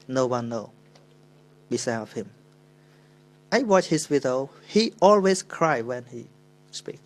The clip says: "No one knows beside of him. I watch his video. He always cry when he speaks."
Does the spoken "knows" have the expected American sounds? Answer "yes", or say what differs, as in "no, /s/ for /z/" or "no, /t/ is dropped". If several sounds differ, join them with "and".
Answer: no, /z/ is dropped